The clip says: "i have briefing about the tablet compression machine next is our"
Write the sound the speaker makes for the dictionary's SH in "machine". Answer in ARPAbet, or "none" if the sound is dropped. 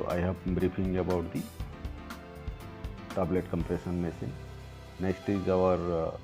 S